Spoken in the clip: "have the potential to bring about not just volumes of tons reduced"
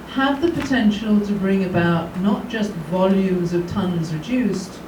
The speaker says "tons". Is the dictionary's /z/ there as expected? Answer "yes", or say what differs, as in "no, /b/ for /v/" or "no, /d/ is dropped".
yes